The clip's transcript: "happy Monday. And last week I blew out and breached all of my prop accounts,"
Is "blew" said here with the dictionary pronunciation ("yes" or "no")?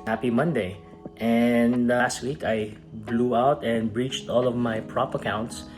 yes